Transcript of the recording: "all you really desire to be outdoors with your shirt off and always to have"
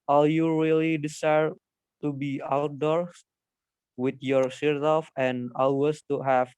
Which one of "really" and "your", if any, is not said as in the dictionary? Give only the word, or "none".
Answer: none